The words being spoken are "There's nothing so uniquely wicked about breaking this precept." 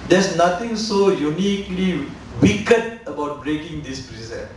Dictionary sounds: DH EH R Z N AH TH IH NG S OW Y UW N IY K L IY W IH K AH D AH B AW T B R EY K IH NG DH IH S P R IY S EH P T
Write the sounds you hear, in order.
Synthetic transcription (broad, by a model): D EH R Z N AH T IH NG S OW Y UW N IY K L IY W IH K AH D AH B AW T B R EY K IH NG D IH S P R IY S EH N